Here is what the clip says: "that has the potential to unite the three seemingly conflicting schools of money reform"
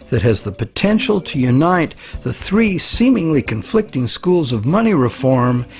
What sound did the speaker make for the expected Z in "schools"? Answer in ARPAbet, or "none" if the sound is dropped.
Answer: Z